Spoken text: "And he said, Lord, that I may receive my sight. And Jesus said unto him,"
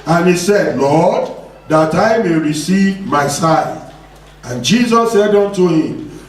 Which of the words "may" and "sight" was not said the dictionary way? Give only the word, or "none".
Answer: sight